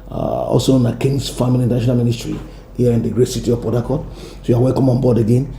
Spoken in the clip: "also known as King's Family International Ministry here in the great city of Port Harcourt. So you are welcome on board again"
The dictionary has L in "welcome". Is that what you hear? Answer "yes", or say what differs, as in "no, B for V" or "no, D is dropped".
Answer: yes